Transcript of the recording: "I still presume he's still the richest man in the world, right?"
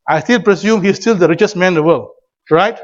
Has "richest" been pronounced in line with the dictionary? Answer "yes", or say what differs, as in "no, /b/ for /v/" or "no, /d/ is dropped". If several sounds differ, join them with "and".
yes